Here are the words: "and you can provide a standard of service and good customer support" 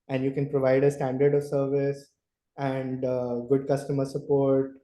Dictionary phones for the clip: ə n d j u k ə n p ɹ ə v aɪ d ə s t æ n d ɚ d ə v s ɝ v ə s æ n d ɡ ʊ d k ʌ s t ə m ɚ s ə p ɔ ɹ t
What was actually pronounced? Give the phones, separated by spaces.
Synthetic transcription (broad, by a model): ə n d j u k ə n p ɹ ə v aɪ d ə s t æ n d ɚ d ə v s ɝ v ə s æ n d ɡ ʊ d k ʌ s t ə m ɚ s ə p ɔ ɹ t